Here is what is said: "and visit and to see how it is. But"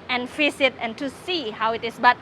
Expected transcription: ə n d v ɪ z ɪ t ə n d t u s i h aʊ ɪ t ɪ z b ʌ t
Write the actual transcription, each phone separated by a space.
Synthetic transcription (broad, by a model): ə n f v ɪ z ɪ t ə n t u s i h aʊ ɪ t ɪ s b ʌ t